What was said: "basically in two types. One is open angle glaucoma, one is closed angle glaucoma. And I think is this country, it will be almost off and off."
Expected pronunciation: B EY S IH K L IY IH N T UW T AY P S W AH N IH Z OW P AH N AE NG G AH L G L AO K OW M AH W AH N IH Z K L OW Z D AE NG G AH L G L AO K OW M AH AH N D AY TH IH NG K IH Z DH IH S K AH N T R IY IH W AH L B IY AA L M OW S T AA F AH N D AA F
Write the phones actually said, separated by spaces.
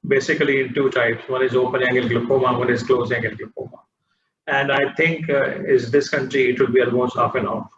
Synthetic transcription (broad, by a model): B EY S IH K L IY IH N T UW T AY P S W AH N IH Z OW P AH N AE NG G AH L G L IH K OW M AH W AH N IH Z K L OW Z AE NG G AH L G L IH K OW M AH AH N D AY T IH NG K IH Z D IH S K AH N T R IY IH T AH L B IY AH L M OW S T AA F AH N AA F